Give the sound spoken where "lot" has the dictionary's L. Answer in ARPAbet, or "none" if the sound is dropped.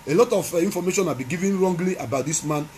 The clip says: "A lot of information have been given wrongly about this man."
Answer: L